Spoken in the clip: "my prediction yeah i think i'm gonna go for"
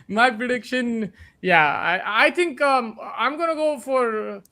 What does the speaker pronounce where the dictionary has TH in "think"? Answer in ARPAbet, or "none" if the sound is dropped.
T